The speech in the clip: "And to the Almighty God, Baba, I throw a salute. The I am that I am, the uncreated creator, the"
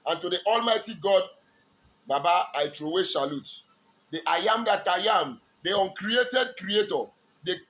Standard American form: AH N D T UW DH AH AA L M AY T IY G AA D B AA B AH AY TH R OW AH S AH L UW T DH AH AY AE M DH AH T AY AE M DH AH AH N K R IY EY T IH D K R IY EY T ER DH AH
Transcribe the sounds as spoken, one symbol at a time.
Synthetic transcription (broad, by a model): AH N T UW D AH AA L M AY T IY G AA D B AA B AH AY T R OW AH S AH L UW T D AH AY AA M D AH T AY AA M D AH AH N K R IY EY T IH D K R IY EY T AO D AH